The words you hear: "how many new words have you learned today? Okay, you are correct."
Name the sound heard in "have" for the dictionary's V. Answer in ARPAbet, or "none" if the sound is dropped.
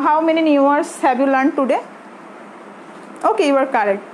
B